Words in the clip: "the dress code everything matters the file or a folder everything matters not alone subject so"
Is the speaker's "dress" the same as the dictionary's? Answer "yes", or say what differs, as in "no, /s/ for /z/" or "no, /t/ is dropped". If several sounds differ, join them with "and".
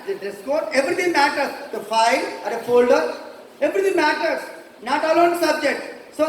no, /ɹ/ is dropped